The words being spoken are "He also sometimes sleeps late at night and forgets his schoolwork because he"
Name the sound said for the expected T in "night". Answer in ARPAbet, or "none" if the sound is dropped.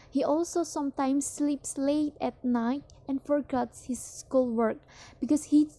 T